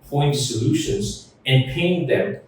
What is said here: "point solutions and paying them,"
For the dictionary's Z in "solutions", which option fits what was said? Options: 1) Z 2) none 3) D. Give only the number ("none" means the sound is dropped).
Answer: 1